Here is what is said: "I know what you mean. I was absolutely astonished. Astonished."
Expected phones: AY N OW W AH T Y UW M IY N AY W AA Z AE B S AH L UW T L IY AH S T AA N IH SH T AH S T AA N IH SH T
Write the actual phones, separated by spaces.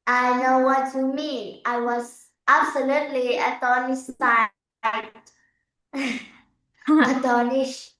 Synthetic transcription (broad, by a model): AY N OW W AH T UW M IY AY W AA Z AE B S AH L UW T L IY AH T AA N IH S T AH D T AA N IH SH